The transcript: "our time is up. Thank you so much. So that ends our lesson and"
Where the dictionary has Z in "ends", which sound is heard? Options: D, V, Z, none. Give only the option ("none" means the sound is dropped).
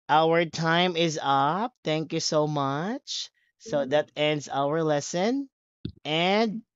Z